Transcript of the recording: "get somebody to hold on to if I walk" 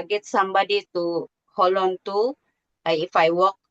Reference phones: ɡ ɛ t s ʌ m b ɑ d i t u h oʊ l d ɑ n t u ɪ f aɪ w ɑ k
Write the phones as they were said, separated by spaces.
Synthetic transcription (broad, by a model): ɡ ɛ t s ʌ m b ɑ d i t u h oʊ l ɑ n t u ɪ f aɪ w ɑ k